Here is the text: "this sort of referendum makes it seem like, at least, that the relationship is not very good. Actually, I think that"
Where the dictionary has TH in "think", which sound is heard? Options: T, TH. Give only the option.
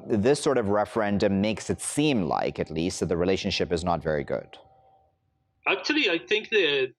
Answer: TH